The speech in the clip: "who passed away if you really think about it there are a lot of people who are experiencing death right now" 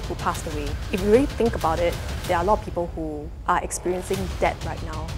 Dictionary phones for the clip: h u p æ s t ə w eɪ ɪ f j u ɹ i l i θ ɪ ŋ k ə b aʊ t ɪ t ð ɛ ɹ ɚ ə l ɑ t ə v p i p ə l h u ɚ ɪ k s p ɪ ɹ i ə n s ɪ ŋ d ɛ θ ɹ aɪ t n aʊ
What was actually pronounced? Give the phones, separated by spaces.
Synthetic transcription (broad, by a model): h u p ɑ s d ə w eɪ ɪ f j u ɹ i l i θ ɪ ŋ k ə b aʊ t ɪ t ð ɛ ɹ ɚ ə l ɑ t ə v p i p ə l h u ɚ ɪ k s p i ɹ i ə n s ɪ ŋ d ɛ t ɹ aɪ t n aʊ